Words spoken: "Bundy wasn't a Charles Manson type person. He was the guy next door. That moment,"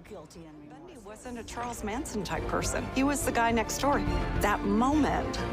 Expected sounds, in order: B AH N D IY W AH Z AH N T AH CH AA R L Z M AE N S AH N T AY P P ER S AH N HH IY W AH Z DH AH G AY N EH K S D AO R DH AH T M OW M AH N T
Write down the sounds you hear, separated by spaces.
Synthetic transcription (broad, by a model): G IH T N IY W AH Z AH N T AH CH AA R L Z M AE N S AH N T AY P P ER S AH N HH IY W AH Z DH AH G AY N EH K S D AO R DH AH T M OW M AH N T